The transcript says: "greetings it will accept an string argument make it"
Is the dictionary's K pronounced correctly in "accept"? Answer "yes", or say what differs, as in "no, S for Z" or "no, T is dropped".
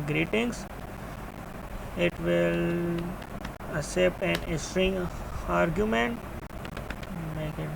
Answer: no, K is dropped